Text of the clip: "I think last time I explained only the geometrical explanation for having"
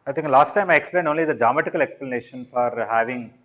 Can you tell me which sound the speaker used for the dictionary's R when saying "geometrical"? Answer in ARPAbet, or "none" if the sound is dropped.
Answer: none